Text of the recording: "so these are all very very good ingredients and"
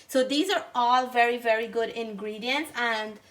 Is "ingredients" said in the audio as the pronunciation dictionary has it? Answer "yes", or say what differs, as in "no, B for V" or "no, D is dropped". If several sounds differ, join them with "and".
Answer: yes